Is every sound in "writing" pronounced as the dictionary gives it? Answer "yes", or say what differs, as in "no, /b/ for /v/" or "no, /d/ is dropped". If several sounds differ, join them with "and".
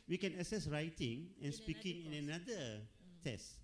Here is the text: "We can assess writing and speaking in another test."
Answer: yes